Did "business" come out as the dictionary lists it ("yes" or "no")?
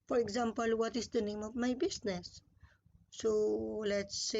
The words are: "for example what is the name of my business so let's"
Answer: no